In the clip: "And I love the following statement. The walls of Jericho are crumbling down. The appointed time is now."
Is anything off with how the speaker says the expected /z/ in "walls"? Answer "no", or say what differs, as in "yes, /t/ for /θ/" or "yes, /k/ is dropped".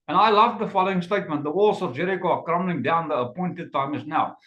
yes, /s/ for /z/